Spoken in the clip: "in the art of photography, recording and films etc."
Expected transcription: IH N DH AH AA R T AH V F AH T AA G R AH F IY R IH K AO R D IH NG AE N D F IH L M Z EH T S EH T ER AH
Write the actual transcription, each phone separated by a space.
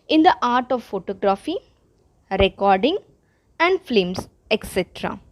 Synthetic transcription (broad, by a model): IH N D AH AA R T AH V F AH T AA G R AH F IY R IH K AO R D IH NG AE N D F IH M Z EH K S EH T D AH